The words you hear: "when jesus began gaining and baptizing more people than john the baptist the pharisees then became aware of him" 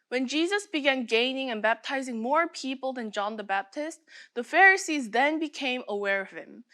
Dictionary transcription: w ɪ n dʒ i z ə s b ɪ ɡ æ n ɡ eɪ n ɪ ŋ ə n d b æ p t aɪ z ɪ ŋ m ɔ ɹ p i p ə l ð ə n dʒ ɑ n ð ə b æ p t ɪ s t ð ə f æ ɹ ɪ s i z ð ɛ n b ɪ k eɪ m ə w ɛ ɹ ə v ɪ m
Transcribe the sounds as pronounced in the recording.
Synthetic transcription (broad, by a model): w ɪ n dʒ i z ə s b ɪ ɡ æ n ɡ eɪ n ɪ ŋ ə n b æ p t aɪ z ɪ ŋ m ɔ ɹ p i p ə l ð ə n dʒ ɑ n ð ə b æ p t ɪ s t ð ə f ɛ ɹ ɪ s i z ð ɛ n b ɪ k eɪ m ə w ɛ ɹ ə v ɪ m